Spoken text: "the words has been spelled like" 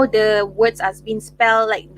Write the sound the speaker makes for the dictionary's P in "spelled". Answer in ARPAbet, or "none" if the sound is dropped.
P